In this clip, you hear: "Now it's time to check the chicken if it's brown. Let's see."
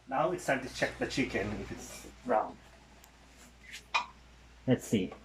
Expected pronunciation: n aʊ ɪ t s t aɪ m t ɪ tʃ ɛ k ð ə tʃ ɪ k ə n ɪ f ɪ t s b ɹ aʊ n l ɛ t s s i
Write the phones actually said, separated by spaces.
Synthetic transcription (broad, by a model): n aʊ ɪ t s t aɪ t ɪ tʃ ɛ k ð ə tʃ ɪ k ə n ɪ f ɪ t s ɹ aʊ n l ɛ t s s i